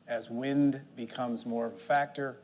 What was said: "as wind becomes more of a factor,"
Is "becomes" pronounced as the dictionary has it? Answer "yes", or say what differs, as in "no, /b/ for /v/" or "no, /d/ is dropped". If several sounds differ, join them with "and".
yes